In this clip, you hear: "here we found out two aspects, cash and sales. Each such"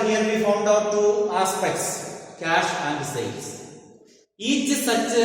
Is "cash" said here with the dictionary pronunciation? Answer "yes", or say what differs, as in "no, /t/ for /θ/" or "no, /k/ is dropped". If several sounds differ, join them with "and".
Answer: yes